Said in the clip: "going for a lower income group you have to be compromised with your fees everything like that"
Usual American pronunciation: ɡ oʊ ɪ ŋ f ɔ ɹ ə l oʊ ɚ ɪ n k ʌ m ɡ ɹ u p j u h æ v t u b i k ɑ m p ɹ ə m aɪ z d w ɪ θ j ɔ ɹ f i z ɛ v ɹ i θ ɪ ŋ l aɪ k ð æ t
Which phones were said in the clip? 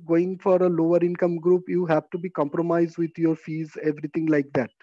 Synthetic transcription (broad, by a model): ɡ oʊ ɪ ŋ f ɔ ɹ ə l oʊ ɚ ɪ n k ʌ m ɡ ɹ u p j u h æ v t u b i k ɑ m p ɹ ə m aɪ z d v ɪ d j ɔ ɹ f i z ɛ v ɹ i t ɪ ŋ l aɪ k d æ t